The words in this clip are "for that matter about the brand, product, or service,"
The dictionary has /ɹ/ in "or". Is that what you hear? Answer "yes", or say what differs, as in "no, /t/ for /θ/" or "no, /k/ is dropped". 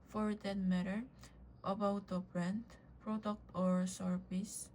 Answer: yes